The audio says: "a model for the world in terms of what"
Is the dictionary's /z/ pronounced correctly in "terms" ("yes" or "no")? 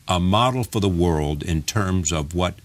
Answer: yes